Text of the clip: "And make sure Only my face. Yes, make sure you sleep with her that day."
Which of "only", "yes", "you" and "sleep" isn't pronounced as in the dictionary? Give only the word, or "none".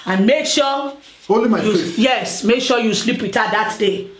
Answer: only